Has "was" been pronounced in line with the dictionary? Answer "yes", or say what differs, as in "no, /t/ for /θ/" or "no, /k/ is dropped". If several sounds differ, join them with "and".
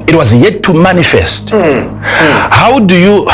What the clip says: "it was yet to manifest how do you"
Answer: yes